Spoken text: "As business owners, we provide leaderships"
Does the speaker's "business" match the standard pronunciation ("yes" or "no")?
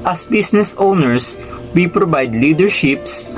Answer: no